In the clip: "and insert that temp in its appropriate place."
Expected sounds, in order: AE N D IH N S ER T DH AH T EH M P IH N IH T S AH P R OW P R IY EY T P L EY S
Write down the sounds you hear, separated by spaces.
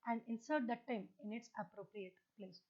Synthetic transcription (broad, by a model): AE N D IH N S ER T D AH T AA M IH N IH T S AH P R OW P R IY EY T P L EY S